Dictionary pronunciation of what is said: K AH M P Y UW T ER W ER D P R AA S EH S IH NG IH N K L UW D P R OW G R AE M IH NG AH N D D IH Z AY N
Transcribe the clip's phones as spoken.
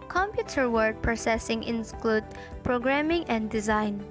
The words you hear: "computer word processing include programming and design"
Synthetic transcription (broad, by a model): K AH M P Y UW T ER W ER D P R AA S EH S IH NG IH N K L UW D P R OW G R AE M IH NG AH N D D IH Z AY N